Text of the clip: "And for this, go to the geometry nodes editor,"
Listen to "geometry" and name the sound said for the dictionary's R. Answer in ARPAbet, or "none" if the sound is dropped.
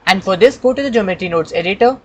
none